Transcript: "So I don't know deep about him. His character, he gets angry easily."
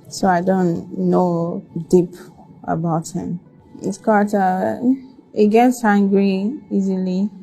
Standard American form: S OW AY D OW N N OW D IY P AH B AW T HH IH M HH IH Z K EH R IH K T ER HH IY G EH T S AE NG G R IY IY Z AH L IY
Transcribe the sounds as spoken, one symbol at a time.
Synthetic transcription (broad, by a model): S OW AY D OW N N OW D IY P AH B AW T HH IH M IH S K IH T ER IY G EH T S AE NG G R IY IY Z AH L IY